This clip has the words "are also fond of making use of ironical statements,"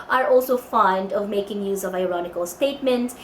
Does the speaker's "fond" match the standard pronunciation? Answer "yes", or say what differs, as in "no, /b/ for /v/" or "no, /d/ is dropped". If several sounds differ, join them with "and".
yes